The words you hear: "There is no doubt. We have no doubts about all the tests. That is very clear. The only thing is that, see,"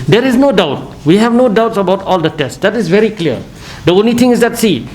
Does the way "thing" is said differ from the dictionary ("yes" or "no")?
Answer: yes